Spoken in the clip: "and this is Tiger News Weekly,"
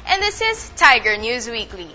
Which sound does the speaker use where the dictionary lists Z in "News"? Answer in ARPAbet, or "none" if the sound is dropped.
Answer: Z